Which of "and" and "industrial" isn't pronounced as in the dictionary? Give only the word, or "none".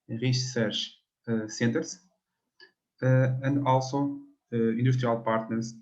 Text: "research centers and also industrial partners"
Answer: industrial